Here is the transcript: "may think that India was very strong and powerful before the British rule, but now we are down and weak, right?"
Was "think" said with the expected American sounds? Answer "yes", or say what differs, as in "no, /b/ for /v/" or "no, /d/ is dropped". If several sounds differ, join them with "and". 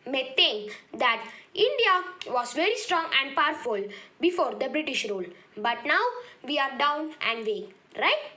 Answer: no, /t/ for /θ/